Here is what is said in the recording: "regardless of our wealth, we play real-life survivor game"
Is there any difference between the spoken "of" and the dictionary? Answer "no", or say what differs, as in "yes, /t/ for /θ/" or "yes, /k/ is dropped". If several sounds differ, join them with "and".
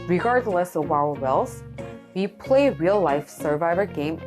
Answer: yes, /w/ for /v/